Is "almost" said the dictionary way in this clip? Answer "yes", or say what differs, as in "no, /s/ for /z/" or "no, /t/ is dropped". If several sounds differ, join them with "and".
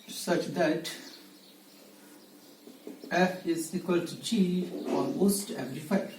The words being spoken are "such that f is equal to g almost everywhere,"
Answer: no, /n/ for /l/